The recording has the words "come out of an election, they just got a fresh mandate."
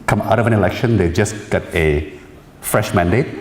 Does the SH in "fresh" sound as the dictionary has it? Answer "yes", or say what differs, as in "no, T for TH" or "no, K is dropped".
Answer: yes